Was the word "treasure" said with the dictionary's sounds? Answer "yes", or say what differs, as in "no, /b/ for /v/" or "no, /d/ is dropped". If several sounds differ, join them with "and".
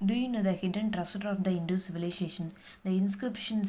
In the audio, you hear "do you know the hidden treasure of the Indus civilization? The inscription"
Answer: no, /s/ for /ʒ/